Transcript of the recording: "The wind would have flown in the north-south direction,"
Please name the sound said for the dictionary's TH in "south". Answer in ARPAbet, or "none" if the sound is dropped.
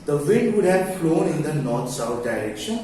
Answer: T